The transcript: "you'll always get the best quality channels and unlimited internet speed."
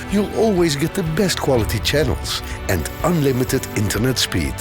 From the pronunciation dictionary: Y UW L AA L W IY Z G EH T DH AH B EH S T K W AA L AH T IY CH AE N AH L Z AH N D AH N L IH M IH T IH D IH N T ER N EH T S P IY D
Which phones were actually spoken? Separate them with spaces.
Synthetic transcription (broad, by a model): Y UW L AA L W IY Z G EH T DH AH B EH S T K W AA L AH T IY CH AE N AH L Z AH N D AH N L IH M IH T IH D IH N T ER N EH T S P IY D